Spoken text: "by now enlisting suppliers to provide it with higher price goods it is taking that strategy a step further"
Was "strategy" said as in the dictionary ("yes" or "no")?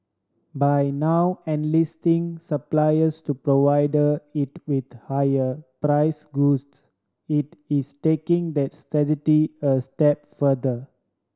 no